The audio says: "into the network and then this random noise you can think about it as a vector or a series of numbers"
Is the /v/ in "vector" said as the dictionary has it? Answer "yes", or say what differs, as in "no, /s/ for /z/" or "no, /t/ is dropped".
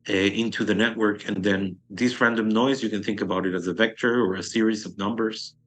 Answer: yes